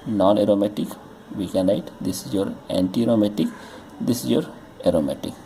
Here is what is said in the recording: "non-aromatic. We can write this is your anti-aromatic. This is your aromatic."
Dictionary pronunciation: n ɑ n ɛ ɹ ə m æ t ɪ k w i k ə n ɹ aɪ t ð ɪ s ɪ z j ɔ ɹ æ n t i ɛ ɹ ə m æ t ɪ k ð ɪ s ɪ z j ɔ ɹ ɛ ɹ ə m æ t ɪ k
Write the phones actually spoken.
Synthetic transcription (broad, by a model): n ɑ n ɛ ɹ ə m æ t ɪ k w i k ə n l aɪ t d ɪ s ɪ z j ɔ ɹ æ n t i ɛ ɹ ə m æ t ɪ k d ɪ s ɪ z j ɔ ɹ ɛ ɹ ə m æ t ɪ k